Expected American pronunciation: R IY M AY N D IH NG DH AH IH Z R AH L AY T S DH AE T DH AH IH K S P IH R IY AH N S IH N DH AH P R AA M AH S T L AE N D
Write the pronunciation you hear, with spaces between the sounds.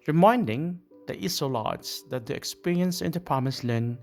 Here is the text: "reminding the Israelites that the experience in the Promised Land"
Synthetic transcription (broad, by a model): R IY M AY N D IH NG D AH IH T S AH L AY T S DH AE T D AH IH K S P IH R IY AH N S IH N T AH P AA M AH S L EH N